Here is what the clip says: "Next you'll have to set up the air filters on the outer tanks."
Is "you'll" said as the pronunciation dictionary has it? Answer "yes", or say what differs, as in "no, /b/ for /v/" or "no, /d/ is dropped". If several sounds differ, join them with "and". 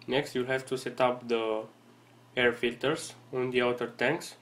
yes